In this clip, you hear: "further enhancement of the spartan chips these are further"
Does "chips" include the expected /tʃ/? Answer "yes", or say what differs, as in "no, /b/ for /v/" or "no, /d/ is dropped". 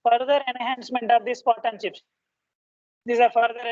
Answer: no, /ʃ/ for /tʃ/